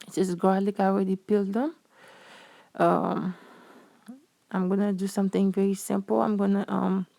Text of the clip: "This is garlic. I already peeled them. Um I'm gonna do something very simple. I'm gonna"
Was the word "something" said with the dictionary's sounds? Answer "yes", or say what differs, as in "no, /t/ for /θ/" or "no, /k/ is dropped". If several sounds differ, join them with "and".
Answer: no, /t/ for /θ/